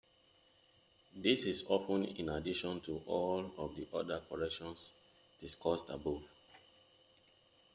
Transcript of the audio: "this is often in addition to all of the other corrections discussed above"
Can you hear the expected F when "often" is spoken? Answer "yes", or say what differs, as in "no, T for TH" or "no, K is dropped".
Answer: no, P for F